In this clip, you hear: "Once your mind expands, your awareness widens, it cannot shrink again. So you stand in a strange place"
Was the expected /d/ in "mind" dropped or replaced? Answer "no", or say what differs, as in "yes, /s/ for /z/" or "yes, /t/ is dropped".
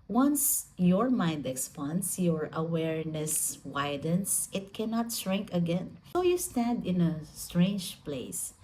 no